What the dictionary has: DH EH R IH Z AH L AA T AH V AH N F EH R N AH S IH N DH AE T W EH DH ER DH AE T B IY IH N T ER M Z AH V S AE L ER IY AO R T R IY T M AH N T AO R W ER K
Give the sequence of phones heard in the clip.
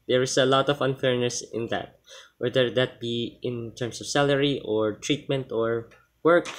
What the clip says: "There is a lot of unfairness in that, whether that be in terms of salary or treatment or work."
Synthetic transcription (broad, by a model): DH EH R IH S AH L AA T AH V AH N F EH R N AH S IH N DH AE T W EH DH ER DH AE T B IY IH N T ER M S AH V S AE L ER IY AO R T R IY T M AH N T AO R W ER K